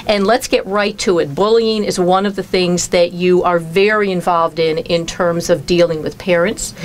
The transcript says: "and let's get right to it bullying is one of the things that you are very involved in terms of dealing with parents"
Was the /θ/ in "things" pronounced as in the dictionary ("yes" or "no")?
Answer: yes